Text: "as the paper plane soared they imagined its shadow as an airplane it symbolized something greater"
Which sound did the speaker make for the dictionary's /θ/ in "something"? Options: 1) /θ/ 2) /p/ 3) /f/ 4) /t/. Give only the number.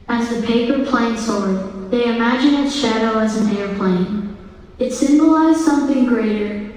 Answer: 1